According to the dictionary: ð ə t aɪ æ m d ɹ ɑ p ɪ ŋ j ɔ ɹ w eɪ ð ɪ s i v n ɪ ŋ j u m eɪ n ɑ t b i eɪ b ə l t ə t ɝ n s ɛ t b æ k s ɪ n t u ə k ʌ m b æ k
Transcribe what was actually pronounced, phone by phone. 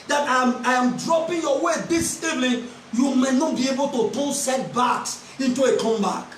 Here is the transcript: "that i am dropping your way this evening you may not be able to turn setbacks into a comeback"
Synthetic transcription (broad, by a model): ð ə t aɪ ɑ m d ɹ ɑ p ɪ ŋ j ɔ w eɪ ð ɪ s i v l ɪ j u m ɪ n ɑ t b i eɪ b ə l t ə t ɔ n s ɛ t b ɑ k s ɪ n t u ə k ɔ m b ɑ